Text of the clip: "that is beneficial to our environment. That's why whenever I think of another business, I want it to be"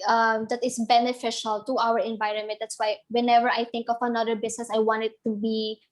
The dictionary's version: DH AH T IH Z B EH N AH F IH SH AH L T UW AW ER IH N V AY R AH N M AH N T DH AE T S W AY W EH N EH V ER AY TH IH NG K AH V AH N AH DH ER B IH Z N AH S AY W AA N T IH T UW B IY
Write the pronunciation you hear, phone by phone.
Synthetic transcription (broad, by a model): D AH T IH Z B EH N AH F IH SH AH L T UW AW ER IH N V AY R AH N M AH N T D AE T S W AY W EH N EH V ER AY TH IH NG K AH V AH N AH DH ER B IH S N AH S AY W AA N T IH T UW B IY